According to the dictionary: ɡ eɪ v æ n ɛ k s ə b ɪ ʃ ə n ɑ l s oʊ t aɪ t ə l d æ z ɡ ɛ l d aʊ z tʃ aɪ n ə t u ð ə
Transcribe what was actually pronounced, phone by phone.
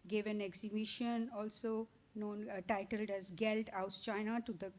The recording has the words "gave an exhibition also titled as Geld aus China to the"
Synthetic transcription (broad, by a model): ɡ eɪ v æ n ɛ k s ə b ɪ ʃ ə n ɑ l s oʊ t aɪ t ə l d æ z ɡ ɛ l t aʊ s tʃ aɪ n ə t u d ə